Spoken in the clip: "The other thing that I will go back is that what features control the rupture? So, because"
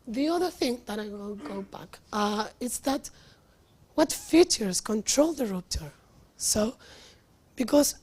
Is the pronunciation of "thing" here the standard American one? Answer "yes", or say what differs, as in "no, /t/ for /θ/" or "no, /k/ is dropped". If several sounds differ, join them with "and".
yes